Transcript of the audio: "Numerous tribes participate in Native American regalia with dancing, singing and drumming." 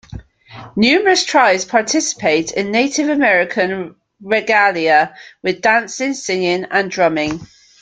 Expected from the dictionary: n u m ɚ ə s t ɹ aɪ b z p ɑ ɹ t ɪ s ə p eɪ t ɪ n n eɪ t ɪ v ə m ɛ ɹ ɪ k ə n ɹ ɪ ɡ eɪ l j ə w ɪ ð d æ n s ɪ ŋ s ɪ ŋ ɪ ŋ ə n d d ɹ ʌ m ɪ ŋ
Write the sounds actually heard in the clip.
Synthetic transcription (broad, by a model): n u m ɚ ə s t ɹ aɪ z p ɑ t ɪ s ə p eɪ t ɪ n n eɪ t ɪ v ə m ɛ ɹ ɪ k ə n ɹ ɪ ɡ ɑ l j ə w ɪ ð d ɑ n s ɪ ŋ s ɪ ŋ ɪ ŋ ə n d d ɹ ʌ m ɪ ŋ